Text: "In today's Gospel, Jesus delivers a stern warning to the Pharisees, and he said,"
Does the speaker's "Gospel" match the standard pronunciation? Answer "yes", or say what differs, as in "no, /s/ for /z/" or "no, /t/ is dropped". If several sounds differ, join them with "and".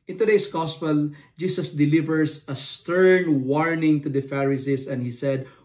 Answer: yes